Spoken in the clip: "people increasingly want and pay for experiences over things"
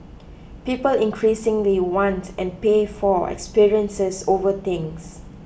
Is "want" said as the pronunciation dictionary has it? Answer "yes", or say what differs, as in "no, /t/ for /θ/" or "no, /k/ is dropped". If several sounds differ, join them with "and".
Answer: yes